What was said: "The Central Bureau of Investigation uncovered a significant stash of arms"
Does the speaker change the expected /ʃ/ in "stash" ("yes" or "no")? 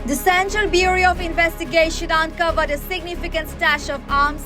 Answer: no